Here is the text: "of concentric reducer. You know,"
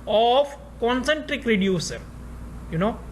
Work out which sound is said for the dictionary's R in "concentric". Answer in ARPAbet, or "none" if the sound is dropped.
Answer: R